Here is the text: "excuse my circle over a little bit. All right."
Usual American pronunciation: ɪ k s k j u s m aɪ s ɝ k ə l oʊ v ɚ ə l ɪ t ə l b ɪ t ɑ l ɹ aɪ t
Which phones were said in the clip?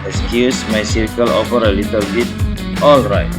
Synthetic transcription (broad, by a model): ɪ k s k j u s m aɪ s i k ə l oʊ f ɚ ə l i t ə l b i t ɑ l ɹ aɪ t